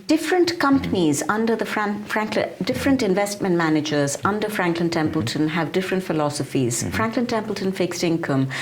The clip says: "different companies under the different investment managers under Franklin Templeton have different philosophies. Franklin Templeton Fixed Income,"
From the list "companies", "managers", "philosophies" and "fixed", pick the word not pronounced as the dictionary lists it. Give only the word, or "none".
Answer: none